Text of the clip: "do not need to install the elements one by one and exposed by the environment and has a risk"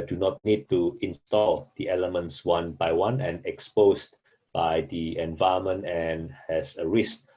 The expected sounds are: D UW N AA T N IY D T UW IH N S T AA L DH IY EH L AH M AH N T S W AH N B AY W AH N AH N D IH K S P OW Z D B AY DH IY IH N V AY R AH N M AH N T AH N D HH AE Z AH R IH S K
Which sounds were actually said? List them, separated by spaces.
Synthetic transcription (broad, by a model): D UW N AA T N IY D T UW IH N S T AA L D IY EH L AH M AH N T S W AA N B AY W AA N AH N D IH K S P OW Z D B AY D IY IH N V AY AH M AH N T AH N HH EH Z AH R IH S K